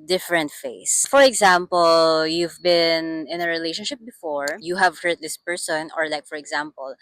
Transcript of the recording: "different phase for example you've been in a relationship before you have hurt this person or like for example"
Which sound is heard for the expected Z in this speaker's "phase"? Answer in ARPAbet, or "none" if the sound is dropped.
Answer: S